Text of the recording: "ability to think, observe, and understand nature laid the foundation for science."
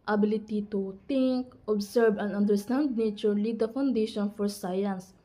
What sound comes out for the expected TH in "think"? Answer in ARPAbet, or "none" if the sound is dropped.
T